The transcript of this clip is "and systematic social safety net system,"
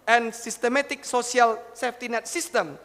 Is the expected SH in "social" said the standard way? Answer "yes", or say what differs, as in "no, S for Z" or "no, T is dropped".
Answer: no, S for SH